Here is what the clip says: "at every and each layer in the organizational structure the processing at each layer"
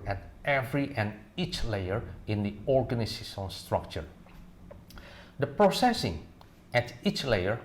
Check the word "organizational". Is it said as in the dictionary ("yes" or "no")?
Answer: no